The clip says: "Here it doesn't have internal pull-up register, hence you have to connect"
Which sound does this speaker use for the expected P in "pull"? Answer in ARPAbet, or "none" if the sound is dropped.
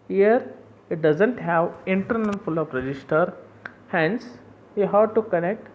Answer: F